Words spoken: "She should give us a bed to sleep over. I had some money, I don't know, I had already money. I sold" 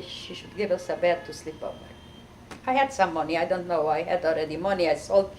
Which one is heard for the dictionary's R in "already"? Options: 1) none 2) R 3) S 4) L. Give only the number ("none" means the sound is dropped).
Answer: 2